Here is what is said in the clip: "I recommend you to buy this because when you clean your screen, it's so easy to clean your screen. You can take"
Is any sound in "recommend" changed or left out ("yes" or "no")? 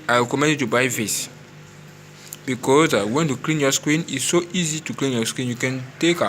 yes